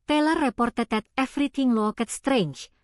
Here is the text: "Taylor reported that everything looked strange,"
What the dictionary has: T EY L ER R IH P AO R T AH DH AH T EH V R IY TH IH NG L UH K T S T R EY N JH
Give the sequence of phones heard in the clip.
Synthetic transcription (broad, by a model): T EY L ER R IH P AO R T AH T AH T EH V R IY T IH NG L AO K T S T R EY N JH